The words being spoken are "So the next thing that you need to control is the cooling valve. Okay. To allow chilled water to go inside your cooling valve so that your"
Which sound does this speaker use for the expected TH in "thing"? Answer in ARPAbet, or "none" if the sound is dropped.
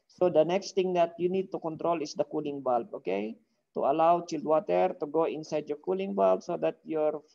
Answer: T